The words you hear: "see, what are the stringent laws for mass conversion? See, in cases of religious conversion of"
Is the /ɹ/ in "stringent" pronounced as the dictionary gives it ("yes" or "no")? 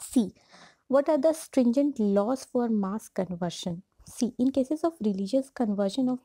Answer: yes